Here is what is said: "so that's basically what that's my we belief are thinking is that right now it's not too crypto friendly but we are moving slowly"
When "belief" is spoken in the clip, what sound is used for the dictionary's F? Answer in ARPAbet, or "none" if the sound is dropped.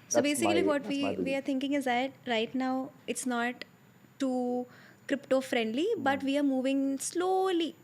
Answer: none